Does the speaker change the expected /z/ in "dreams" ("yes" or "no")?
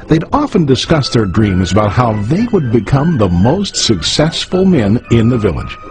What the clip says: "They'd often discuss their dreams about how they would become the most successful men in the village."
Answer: no